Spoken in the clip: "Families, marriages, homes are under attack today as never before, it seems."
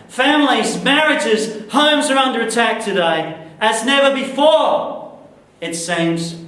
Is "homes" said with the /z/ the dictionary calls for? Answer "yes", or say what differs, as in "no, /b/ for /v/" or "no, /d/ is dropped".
yes